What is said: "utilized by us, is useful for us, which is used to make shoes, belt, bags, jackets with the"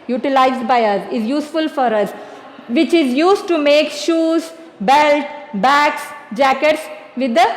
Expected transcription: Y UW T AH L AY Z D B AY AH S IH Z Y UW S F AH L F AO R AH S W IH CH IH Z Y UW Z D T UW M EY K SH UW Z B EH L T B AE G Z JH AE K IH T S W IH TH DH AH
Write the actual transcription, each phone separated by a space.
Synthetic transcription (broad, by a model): Y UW T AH L AY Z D B AY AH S IH Z Y UW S F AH L F AO R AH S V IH CH IH Z Y UW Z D T UW M EY K SH UW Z B EH L T B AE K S JH AE K IH T S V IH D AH